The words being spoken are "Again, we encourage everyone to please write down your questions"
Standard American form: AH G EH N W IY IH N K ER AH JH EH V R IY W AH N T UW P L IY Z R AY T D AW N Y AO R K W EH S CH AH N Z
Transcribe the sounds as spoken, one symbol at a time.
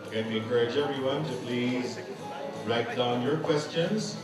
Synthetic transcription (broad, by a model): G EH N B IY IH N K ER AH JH EH V R IY W AH N T UW P L IY Z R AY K D AW N Y AO R K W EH S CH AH N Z